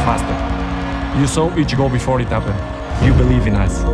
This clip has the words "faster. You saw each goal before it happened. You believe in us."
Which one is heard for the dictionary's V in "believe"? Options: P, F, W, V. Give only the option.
V